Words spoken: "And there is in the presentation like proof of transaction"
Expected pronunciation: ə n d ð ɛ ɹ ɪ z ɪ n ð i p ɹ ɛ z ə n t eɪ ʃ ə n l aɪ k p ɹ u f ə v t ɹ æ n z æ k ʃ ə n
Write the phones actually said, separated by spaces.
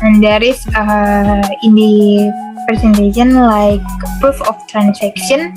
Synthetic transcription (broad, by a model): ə n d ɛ ɹ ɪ s ɪ n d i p ɹ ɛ s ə n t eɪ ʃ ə n l aɪ k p u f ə f t ɹ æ n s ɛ k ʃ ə n